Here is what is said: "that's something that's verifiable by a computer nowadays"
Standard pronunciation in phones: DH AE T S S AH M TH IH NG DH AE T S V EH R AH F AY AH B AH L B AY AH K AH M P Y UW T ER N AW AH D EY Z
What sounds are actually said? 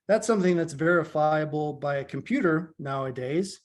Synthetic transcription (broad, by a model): DH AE T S S AH M TH IH NG DH AE T S V EH R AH F AY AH B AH L B AY AH K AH M P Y UW T ER N AW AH D EY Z